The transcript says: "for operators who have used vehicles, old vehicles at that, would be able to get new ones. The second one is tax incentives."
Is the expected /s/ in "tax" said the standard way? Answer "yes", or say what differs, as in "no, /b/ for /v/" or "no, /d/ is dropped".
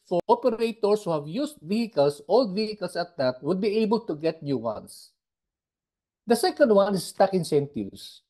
no, /s/ is dropped